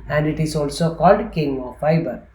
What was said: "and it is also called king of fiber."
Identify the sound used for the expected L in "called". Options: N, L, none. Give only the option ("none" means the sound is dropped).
L